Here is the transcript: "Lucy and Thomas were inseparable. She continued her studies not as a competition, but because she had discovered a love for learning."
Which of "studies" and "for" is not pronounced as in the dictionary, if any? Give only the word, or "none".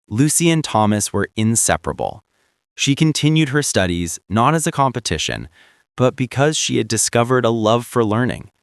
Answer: none